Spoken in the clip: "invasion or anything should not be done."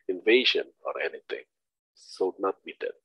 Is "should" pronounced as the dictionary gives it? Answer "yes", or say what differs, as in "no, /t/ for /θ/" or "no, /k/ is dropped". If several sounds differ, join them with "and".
no, /s/ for /ʃ/